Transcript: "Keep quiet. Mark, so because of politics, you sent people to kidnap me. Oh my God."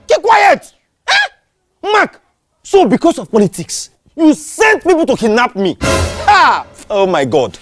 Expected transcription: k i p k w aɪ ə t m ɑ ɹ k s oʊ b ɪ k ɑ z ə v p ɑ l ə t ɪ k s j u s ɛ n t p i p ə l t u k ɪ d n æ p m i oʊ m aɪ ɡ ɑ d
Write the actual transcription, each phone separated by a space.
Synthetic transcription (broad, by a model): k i k w aɪ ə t m ɑ k s oʊ b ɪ k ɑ s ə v p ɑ l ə t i k s j u s ɛ n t p i p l t u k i n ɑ p m i oʊ m aɪ ɡ ɑ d